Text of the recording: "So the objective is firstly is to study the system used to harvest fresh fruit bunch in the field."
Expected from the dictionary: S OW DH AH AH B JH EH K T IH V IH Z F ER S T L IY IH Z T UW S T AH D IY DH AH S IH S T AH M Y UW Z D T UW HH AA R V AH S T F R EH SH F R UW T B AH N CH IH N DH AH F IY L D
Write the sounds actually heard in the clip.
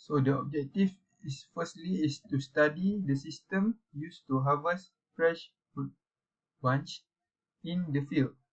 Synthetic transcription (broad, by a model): S OW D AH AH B JH EH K T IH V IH S F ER S T L IY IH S T UW S T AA D IY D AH S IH S T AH M Y UW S T UW HH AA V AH S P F R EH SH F UW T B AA N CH IH N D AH F IY L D